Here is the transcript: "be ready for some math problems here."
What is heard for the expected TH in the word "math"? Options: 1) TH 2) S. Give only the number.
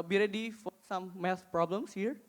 2